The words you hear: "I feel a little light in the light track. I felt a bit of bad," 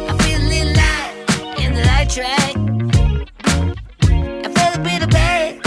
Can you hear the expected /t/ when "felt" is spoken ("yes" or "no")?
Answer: no